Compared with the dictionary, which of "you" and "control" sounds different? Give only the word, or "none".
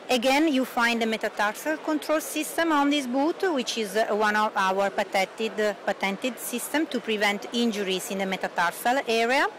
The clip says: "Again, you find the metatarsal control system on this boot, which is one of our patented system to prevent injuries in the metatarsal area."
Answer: none